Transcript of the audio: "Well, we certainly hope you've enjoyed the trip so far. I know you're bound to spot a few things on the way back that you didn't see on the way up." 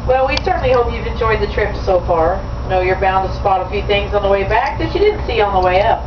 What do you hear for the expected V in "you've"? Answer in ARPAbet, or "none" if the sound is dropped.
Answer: V